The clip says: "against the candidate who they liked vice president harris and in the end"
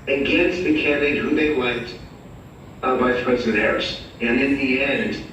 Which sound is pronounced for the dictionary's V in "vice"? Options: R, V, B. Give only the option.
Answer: B